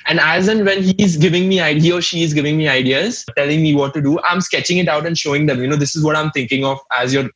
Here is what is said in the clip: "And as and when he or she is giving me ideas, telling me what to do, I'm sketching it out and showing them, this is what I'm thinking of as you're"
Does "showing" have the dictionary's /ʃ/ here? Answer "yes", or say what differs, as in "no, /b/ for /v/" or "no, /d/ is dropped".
yes